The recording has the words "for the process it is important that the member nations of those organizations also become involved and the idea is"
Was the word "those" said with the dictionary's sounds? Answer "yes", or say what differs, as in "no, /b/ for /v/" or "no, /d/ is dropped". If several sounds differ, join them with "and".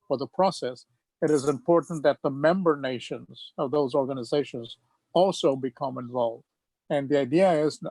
yes